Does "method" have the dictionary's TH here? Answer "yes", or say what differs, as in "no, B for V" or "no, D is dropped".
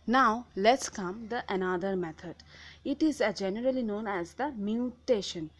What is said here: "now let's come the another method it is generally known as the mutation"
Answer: no, T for TH